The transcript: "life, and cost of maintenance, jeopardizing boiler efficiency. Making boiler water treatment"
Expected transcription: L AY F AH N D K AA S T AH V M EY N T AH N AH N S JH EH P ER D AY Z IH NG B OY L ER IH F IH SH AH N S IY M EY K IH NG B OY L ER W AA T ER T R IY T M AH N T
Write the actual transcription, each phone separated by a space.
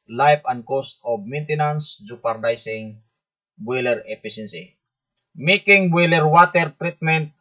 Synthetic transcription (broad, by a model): L AY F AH N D K AA S T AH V M EY N T AH N AH N S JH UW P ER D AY S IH NG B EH L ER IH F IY S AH N S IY M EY K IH NG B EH L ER W AA T ER T R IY T M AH N T